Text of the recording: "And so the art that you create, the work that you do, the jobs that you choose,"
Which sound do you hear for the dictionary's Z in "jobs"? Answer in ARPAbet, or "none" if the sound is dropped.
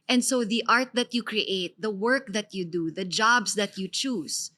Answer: S